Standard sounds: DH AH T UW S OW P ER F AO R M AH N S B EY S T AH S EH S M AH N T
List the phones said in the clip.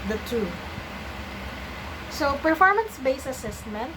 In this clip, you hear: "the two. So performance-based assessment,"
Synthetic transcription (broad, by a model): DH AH T UW S OW P ER F AO R M AH N S B EY S AH S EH S M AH N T